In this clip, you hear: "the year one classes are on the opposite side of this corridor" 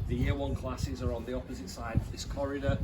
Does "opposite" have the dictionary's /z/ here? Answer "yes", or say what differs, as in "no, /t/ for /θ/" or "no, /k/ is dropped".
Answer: yes